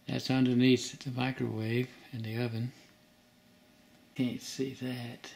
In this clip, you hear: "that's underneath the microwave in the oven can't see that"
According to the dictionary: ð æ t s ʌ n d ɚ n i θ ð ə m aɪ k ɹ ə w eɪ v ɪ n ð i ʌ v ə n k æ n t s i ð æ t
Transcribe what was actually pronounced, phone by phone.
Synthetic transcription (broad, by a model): ð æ t s ʌ n d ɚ n i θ ð ə m aɪ k ɹ ə w eɪ v ɪ n ð i ʌ v ə n k æ n t s i ð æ t